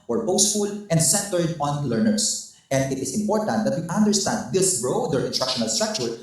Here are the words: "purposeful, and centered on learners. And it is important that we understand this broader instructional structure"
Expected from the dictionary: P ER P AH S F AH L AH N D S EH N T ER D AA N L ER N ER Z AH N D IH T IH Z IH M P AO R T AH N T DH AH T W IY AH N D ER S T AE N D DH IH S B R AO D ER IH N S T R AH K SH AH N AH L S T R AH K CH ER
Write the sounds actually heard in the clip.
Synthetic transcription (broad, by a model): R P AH S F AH L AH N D S EH N T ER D AA N L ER N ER S AH N D IH T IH S IH M P AO R T AH N T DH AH T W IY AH N D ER S T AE N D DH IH S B R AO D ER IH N T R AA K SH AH N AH L S T R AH K CH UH